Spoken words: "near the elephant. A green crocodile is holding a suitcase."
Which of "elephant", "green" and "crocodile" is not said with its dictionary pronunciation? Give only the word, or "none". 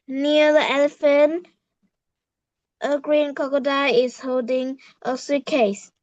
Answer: crocodile